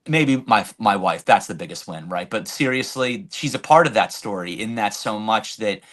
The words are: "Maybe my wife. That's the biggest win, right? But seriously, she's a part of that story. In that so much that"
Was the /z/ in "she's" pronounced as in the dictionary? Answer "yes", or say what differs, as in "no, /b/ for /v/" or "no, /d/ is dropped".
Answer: yes